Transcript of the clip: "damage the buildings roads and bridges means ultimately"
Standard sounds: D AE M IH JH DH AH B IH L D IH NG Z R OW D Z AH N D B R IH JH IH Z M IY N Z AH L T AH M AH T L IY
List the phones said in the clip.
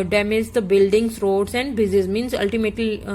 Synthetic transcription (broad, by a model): D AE M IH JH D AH B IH L D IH NG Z R OW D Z AH N D B IH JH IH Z M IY N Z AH L T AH M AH T L IY